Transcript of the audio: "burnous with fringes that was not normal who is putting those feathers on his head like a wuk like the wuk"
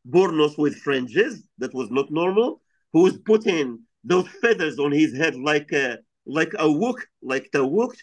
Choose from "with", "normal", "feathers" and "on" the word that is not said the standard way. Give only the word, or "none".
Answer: none